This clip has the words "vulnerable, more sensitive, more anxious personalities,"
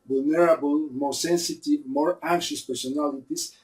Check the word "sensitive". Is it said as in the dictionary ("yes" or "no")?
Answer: yes